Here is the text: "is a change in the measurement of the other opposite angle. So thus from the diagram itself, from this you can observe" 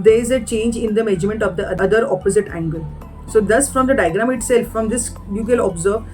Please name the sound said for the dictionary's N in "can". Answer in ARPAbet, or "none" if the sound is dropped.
L